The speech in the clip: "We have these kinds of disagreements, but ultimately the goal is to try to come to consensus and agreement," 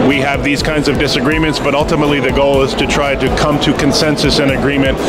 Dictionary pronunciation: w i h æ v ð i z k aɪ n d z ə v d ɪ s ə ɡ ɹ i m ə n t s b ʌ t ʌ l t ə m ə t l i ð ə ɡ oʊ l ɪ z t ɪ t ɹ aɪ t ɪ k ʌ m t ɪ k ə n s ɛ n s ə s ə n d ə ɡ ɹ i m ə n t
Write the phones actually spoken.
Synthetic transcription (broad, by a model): w i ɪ v ð i z k aɪ n d z ə v d ɪ s ə ɡ ɹ i m ə n t s b ʌ t ʌ l t ə m ə t l i ð ə ɡ oʊ l ɪ z t ɪ t ɹ aɪ t ɪ k ʌ m t ɪ k ə n s ɛ n s ə s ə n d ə ɡ ɹ i m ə n t